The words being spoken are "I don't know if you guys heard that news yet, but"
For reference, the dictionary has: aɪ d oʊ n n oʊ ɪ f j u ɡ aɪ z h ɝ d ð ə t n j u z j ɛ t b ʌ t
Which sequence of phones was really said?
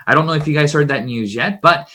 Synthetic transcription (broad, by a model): aɪ d oʊ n n oʊ ɪ f j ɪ ɡ aɪ z h ɝ d ð ə t n j u z j ɛ t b ʌ t